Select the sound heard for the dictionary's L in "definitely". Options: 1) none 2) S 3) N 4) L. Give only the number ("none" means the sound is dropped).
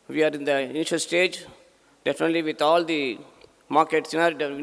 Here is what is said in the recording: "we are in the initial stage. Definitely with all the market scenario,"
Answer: 4